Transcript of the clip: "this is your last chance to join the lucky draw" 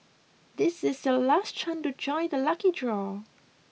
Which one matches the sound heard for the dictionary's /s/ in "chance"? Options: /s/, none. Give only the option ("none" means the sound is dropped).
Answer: none